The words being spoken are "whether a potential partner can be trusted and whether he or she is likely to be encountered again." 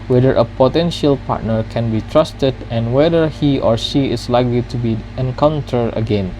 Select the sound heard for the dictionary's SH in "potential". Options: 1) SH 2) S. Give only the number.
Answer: 1